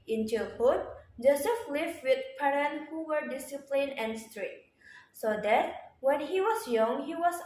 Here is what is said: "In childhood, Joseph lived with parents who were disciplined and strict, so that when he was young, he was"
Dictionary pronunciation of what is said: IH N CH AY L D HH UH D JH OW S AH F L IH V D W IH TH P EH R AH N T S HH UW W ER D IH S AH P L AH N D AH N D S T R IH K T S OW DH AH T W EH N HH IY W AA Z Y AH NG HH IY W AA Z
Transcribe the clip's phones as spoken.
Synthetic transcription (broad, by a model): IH N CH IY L HH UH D JH OW S AH F L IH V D W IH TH P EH R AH N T HH UW W ER D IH S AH P L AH N AH N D S T R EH T S OW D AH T W EH N HH IY W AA S Y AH NG HH IY W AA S